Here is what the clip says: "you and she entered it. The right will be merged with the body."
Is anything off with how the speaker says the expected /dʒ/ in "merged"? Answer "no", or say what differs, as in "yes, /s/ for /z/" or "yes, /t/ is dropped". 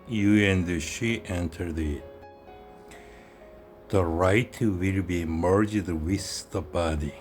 no